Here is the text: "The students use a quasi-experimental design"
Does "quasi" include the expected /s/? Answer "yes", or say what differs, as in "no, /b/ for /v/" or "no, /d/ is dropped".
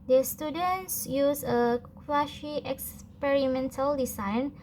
no, /ʃ/ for /s/